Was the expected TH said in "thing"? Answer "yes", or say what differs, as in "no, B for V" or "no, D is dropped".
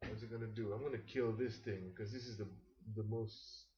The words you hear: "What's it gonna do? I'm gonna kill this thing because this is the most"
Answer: yes